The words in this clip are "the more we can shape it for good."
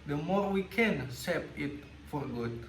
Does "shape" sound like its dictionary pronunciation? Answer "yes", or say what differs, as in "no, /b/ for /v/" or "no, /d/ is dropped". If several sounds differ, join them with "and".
no, /s/ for /ʃ/